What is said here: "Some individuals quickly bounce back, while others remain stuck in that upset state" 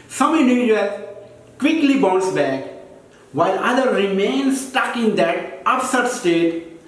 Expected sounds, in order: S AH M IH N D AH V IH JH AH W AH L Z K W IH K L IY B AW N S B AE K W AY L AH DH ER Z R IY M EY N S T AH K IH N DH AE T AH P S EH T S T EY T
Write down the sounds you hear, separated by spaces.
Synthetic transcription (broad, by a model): S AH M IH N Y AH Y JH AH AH K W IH K L IY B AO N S B AE K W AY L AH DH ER R IY M EY N S T AH K IH N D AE T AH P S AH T S T EY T